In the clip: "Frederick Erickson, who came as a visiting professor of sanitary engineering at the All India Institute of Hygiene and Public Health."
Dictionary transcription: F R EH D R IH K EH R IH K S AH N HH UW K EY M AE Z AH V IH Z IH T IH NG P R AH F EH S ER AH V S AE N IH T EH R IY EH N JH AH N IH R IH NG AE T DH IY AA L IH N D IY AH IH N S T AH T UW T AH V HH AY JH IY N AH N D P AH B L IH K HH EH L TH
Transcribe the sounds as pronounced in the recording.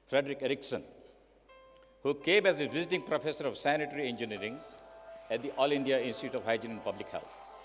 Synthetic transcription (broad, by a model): F R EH D R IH K EH R IH K S AH N HH UW K EY M AE Z AH V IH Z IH T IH NG P R AH F EH S ER AH V S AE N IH T R IY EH N JH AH N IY R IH NG AE T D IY AA L IH N D IY AH IH N S T AH T UW T AH V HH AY JH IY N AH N P AH B L IH K HH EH L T